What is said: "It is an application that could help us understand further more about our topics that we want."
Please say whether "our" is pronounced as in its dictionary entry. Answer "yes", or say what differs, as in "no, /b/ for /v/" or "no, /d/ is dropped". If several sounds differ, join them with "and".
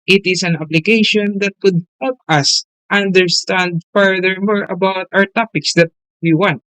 yes